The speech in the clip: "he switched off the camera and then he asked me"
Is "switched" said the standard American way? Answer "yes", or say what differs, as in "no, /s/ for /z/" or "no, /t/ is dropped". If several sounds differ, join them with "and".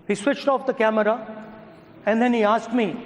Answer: yes